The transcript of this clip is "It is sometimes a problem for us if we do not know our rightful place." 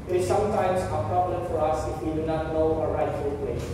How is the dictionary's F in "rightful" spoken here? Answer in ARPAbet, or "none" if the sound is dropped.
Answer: none